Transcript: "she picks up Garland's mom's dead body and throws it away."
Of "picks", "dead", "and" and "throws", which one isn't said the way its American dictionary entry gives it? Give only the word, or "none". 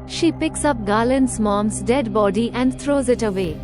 throws